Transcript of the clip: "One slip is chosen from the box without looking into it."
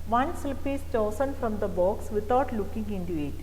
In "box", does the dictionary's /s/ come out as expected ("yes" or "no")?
yes